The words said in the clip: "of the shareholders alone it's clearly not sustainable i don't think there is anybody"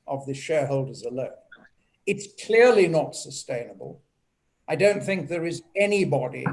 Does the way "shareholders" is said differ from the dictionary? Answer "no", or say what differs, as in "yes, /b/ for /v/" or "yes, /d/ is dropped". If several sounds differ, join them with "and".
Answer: no